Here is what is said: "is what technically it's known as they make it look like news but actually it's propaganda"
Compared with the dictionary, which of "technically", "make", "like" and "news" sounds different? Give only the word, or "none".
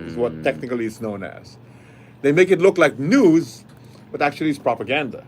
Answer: none